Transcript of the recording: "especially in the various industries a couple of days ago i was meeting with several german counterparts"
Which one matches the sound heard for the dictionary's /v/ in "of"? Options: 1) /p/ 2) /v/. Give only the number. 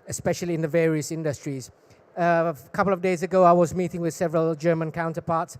2